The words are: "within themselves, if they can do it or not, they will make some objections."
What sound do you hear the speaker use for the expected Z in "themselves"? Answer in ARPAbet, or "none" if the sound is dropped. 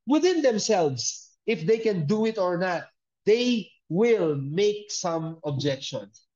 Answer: S